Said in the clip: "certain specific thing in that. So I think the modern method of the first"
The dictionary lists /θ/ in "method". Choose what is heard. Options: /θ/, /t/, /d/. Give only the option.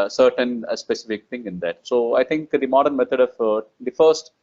/t/